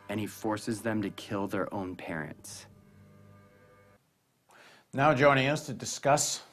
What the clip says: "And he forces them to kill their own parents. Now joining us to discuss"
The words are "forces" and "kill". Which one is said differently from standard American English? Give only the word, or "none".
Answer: none